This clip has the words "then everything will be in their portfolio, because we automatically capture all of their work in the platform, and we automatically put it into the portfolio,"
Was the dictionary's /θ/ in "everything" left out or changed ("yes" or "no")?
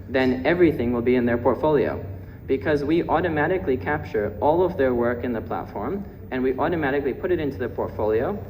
no